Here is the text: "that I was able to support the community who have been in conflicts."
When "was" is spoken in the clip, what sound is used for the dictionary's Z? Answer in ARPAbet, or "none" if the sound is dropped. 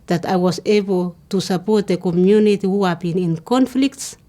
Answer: S